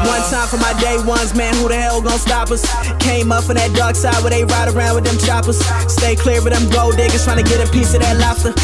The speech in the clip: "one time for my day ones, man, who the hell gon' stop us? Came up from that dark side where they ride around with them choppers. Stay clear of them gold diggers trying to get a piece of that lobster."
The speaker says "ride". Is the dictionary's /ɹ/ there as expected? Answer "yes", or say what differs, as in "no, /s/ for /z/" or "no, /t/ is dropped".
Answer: yes